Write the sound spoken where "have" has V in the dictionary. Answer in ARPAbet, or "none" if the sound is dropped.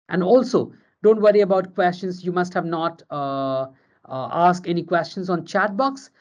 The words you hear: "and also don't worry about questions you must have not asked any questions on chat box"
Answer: V